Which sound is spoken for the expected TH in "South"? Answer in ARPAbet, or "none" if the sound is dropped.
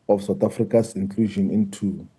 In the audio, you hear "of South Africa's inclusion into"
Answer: T